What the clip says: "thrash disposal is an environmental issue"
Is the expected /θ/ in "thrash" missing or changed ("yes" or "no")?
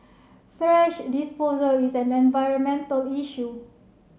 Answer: yes